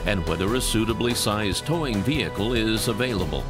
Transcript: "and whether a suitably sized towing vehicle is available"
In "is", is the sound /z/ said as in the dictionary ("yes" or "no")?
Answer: yes